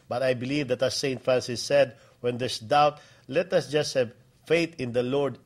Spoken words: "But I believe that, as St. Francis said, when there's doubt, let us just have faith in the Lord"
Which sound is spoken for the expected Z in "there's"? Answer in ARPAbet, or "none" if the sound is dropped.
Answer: S